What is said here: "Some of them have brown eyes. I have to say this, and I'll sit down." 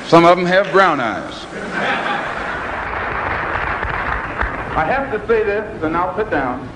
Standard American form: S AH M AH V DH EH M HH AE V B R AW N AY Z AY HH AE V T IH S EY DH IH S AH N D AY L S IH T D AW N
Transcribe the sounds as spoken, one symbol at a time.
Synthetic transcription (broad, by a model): S AH M AH V M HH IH V B R AW N AY Z AY HH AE F T IH S EY DH IH S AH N AY L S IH T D AW N